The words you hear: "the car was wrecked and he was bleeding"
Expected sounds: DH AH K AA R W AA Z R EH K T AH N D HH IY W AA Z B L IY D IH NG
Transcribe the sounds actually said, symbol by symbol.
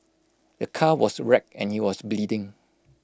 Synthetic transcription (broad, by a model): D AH K AA W AA S R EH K AH N HH IY W AA S B L IY D IH NG